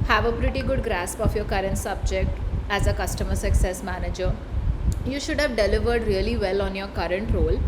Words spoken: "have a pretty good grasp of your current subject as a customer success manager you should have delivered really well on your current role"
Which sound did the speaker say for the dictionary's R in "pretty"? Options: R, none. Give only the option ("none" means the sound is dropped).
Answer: R